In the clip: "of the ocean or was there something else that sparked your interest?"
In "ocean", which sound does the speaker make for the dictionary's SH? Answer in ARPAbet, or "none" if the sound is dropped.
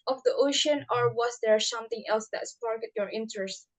SH